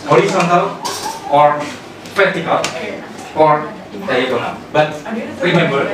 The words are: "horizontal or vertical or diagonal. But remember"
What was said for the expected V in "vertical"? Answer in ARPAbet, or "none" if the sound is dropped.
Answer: P